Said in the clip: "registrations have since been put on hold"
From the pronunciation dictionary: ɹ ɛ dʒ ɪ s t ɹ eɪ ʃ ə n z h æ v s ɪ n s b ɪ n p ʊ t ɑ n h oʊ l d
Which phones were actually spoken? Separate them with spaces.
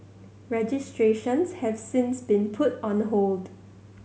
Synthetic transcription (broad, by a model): ɹ ɛ dʒ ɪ s t ɹ eɪ ʃ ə n s h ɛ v s ɪ n s b ɪ n p ʊ t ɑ n h oʊ l d